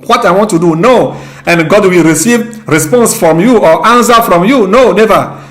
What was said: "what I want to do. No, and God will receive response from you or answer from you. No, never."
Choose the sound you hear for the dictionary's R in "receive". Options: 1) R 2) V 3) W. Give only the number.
1